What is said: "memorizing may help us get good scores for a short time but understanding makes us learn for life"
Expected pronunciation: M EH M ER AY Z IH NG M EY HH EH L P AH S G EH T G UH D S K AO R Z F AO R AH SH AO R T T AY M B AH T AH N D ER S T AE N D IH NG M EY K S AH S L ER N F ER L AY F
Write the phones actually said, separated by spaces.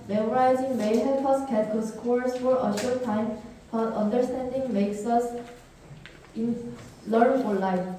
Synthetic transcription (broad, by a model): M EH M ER AY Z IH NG M EY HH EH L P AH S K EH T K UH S K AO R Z F AO R AH SH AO R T T AY M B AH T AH N D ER S T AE N D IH NG M EY K S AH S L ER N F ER L AY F